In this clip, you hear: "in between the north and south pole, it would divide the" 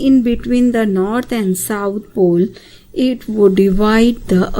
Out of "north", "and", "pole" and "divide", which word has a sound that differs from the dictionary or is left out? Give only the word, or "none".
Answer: north